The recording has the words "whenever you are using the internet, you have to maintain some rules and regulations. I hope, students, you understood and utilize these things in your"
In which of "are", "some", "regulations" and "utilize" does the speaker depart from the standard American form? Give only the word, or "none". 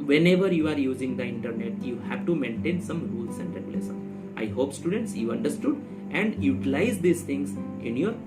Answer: regulations